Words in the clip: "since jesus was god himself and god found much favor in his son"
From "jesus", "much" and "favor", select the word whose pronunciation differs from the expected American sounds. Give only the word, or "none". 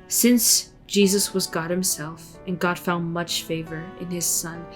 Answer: none